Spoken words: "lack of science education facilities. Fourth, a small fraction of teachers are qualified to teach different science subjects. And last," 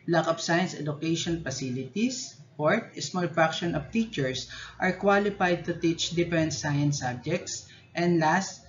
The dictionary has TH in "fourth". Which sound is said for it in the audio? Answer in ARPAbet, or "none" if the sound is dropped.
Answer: T